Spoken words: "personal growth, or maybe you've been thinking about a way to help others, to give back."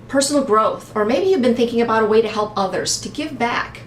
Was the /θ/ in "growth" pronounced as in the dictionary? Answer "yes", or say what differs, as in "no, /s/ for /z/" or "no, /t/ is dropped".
yes